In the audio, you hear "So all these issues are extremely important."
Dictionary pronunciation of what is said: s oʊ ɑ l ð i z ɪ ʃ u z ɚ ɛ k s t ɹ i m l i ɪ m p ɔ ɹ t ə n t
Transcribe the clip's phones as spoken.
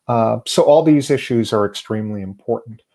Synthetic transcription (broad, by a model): s oʊ ɑ l ð i z ɪ ʃ u z ɚ ɛ k s t ɹ i m l i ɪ m p ɔ ɹ t n t